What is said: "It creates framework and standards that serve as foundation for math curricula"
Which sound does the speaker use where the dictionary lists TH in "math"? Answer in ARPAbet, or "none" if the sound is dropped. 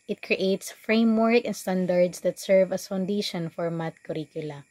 T